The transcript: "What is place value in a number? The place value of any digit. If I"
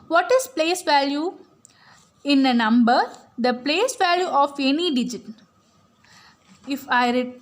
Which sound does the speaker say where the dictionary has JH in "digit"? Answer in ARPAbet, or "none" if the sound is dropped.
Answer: JH